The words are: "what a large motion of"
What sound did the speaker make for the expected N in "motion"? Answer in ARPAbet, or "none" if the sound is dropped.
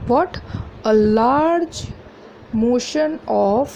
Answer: N